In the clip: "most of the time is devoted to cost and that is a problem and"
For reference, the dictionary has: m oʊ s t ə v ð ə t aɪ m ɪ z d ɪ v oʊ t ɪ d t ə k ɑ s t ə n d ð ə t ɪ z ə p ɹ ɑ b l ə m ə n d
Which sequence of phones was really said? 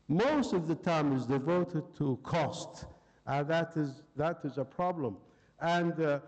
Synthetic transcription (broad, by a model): m oʊ s t ə v ð ə t aɪ m ɪ z d ɪ v oʊ t ɪ d t ə k ɑ s t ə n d ð ə t ɪ z ə p ɹ ɑ b l ə m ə n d